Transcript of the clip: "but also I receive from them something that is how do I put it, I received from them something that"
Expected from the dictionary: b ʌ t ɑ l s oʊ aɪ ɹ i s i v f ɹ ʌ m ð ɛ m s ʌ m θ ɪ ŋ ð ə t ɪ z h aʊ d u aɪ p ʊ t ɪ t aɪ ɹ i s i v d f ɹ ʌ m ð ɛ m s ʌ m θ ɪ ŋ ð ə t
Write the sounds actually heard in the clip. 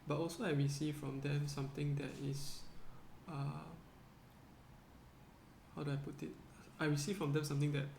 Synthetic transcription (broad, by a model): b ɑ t ɑ l s oʊ aɪ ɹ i s i f ɹ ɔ m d ɛ m s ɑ m t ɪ ŋ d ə t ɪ s h aʊ d u aɪ p ʊ t ɪ t aɪ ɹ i s i f ɹ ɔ m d ɛ m s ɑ m t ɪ ŋ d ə t